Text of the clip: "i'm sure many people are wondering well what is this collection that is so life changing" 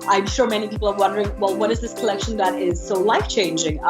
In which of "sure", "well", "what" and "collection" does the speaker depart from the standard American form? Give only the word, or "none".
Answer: none